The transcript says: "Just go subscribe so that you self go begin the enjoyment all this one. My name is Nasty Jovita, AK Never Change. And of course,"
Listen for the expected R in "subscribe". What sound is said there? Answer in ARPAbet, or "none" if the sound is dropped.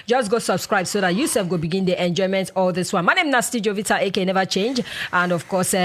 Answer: R